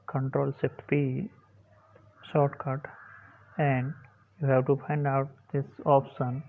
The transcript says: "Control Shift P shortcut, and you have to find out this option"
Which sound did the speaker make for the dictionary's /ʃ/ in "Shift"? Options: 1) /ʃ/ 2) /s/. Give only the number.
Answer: 2